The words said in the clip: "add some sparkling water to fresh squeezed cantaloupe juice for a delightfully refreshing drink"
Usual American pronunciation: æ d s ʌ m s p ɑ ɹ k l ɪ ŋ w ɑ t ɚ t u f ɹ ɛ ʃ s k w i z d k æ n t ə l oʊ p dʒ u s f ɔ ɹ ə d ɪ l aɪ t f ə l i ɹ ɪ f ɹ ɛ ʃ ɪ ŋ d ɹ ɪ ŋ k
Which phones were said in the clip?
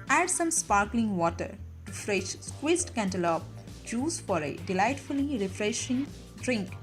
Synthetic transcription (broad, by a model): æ d s ʌ m s p ɑ ɹ k l ɪ ŋ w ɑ t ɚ t u f ɹ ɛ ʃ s k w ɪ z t k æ n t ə l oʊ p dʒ u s f ɔ ɹ ə d ɪ l aɪ t f ə l i ɹ ɪ f ɹ ɛ ʃ ɪ ŋ d ɹ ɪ ŋ k